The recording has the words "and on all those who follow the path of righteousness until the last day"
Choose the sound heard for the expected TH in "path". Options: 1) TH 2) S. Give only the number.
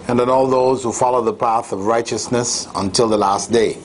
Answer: 1